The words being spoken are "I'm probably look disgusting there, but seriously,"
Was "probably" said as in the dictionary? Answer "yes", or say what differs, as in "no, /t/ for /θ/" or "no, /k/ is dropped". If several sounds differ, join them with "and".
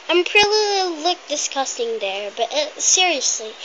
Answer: no, /b/ is dropped